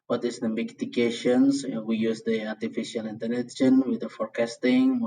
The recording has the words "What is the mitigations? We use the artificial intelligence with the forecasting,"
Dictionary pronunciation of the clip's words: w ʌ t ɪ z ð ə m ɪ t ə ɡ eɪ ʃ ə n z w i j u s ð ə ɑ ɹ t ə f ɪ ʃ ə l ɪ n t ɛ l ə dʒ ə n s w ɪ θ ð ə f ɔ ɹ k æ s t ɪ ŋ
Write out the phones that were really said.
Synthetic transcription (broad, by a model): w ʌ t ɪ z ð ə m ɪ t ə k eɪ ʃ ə n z w i j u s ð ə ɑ ɹ t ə f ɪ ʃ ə l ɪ n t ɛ n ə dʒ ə n w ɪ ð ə f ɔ ɹ k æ s t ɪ ŋ